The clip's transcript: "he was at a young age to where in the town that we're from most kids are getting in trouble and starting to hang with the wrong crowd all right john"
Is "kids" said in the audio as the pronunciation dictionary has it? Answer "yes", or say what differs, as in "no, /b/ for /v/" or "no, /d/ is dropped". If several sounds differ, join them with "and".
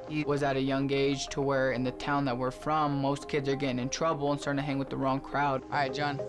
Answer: yes